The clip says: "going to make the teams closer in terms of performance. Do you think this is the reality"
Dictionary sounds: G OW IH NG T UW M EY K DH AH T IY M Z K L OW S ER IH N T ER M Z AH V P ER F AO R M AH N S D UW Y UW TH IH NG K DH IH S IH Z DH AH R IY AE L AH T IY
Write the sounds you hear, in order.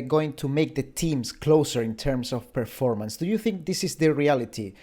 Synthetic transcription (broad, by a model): G OW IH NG T UW M EY K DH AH T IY M S K L OW S ER IH N T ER M S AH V P ER F AO R M AH N S D UW Y UW TH IH NG K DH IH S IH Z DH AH R IY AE L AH T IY